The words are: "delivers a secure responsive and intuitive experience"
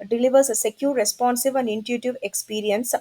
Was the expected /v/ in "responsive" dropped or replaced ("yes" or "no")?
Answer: no